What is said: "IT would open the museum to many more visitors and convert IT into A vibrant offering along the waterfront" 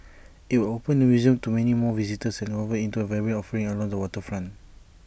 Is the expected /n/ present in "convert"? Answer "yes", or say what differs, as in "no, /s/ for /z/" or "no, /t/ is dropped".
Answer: no, /n/ is dropped